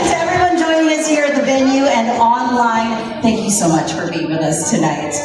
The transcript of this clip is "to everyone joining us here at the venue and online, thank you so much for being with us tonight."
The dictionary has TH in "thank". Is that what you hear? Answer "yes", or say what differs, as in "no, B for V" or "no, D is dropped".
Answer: yes